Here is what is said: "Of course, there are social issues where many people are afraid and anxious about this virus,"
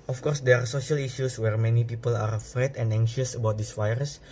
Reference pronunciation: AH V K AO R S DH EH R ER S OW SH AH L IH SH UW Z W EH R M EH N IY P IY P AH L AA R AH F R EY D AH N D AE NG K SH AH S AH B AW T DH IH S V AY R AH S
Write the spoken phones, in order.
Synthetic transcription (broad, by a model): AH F K AO R S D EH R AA S OW SH AH L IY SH UW S W EH R M EH N IY P IY P AH L AA R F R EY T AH N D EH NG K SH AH S AH B AW T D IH S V AY R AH S